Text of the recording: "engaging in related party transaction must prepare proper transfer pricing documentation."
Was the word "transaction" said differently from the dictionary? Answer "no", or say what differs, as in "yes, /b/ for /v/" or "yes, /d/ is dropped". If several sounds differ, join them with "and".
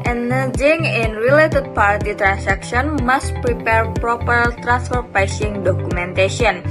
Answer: yes, /s/ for /z/